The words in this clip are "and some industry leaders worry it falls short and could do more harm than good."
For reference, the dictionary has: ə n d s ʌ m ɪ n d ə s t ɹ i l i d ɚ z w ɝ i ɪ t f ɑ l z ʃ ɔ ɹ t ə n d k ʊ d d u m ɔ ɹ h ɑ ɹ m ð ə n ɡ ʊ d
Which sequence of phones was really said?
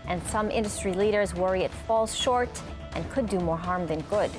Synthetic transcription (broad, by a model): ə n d s ʌ m ɪ n d ə s t ɹ i l i d ɚ z w ɝ i ɪ t f ɑ l z ʃ ɔ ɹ t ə n k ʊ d d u m ɔ ɹ h ɑ ɹ m ð ə n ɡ ʊ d